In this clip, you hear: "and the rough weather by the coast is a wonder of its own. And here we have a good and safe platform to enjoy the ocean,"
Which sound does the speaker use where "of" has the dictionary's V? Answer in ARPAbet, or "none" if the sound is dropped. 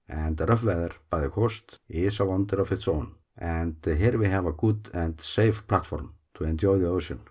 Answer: F